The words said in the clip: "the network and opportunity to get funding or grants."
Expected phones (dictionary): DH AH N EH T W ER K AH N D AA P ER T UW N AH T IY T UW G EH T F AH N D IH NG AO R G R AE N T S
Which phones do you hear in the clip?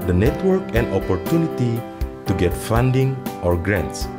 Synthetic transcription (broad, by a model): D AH N EH T W ER K AH N D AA P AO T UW N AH T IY T UW G EH T F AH N D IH NG AO R G R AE N T S